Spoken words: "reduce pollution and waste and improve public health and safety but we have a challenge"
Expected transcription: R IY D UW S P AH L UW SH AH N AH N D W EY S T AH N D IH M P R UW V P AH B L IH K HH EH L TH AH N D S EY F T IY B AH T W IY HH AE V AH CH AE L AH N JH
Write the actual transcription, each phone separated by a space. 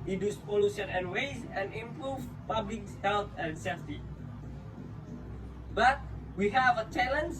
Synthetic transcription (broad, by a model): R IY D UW S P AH L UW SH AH N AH N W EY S AH N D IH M P R UW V P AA B L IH K HH EH L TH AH N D S EY F T IY B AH T W IY HH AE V AH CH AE L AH N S